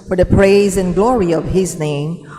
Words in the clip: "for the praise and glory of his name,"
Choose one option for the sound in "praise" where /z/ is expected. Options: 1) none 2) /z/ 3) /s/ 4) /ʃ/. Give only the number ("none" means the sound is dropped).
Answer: 2